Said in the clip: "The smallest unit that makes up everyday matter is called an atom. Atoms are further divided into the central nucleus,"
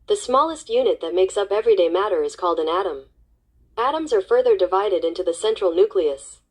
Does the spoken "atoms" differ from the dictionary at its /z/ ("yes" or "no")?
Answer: no